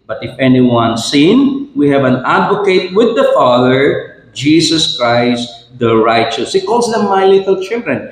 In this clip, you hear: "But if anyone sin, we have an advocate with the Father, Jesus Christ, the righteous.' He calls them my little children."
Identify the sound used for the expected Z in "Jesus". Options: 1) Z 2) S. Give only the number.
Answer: 2